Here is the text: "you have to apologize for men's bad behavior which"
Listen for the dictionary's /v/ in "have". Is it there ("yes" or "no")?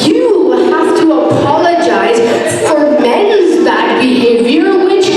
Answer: no